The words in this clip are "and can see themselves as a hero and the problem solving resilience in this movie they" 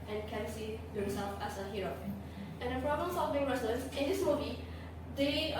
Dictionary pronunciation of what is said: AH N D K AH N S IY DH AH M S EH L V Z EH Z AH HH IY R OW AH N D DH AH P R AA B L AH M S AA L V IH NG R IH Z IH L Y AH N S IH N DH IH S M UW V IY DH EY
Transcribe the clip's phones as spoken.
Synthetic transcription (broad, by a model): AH N K AH N S IY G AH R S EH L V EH S AH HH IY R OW AH N D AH P R AA B L AH M S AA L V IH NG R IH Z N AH S IH N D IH S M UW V IY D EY